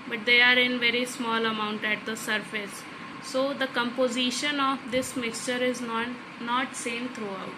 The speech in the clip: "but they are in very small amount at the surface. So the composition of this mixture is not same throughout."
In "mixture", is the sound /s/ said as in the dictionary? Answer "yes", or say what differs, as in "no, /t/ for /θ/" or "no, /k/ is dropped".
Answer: yes